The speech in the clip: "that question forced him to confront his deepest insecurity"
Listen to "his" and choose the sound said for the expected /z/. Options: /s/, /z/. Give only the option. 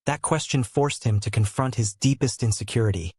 /z/